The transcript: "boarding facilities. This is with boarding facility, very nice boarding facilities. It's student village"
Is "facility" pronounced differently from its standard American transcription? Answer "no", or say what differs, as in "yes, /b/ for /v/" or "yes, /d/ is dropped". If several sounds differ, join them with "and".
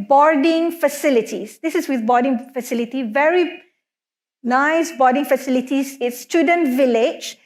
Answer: no